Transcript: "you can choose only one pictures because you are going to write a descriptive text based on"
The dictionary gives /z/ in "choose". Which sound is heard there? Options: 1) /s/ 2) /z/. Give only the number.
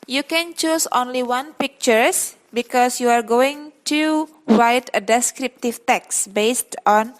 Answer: 1